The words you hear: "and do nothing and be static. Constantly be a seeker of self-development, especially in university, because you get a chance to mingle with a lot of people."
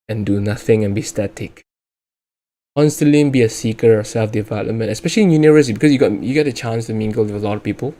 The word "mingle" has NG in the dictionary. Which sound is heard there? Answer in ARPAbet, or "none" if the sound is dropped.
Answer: NG